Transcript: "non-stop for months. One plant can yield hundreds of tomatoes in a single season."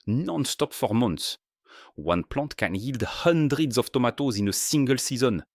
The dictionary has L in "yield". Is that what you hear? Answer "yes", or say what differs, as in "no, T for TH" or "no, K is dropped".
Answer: yes